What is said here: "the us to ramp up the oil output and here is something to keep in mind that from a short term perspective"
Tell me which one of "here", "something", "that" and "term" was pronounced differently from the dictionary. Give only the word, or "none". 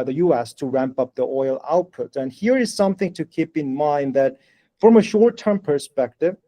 none